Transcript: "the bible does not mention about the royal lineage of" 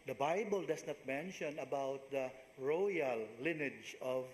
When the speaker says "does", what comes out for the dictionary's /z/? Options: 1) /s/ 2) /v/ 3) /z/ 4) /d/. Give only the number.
1